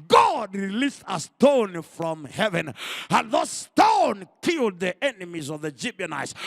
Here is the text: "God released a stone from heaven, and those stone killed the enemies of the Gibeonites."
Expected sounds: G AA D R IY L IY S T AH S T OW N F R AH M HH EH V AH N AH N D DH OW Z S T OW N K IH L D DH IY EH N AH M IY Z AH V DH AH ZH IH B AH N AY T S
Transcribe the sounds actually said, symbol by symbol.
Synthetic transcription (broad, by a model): G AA D R IY L IY S T AH S T OW N F R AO M HH EH V AH N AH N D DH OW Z S T OW N K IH L D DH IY EH N AH M IY Z AH V DH AH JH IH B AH N AY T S